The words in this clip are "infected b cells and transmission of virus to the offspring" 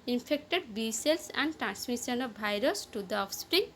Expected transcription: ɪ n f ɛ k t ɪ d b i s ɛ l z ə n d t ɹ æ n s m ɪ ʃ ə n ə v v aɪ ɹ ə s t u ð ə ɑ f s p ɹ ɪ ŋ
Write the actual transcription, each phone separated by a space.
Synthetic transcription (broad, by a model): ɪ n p ɛ k t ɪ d b i s ɛ l s ə n d t ɹ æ n s m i s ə n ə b aɪ ɹ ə s t u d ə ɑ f s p ɹ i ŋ